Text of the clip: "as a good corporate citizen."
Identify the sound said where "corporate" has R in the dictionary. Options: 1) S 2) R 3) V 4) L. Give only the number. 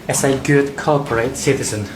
4